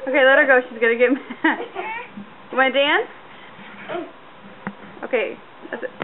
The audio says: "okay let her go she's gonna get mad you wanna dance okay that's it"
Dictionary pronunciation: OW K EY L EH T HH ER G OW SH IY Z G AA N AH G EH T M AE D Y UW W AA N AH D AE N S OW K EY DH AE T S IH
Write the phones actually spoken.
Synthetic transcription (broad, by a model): OW K EY L EH T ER G OW SH IY Z G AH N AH G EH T M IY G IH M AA AH D AE N S OW K EY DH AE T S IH